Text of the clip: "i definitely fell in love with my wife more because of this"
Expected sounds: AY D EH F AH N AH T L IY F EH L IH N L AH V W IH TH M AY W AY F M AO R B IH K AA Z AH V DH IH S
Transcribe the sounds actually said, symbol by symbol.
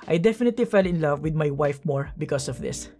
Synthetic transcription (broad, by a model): AY D EH F AH N AH T L IY F EH L IH N L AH V W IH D M AY W AY F M AO R B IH K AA S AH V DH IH S